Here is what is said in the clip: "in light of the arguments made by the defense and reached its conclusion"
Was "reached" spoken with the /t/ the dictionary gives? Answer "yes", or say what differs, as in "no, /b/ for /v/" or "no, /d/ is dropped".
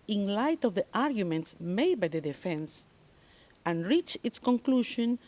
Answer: no, /t/ is dropped